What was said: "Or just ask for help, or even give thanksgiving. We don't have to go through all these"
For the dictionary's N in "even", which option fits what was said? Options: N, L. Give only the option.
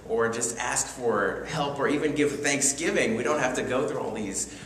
N